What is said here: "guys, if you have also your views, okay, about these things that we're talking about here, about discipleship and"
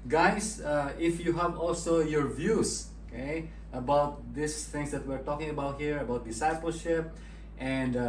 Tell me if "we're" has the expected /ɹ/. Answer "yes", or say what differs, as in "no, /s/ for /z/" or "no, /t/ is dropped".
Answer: yes